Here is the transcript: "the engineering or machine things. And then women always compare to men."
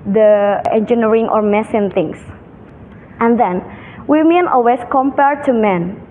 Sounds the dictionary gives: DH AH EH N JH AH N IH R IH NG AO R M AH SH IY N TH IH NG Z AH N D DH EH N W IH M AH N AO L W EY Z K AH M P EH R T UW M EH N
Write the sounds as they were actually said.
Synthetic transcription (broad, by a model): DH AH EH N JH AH N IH R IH NG AO R M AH S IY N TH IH NG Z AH N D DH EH N W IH M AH N AO L W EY S K AH M P EH R T UW M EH N